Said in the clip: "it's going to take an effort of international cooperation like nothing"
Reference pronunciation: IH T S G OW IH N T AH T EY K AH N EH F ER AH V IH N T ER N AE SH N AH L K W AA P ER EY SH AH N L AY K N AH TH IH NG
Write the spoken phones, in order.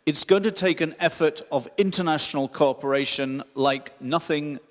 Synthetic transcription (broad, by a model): IH T S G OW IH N T AH T EY K AH N EH F ER AH V IH N T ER N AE SH N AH L K AA P ER EY SH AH N L AY K N AH TH IH NG